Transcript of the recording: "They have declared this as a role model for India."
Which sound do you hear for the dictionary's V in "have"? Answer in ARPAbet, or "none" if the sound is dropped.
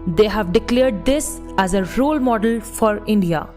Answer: V